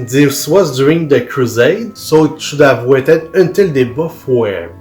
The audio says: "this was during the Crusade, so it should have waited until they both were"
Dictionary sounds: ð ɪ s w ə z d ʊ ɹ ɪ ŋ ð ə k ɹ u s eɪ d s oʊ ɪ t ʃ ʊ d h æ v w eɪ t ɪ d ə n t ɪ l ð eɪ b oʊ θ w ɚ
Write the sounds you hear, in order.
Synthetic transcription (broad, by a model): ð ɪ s w ə z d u ɹ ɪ ŋ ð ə k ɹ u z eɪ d s oʊ ɪ t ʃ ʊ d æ v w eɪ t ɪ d ə n t ɪ l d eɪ b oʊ f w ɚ